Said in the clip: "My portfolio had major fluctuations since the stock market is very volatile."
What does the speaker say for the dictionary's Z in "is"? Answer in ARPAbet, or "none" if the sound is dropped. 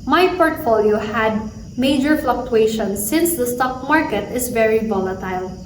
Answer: S